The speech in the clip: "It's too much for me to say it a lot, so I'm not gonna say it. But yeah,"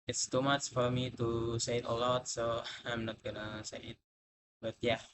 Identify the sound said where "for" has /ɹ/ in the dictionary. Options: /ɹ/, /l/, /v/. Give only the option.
/ɹ/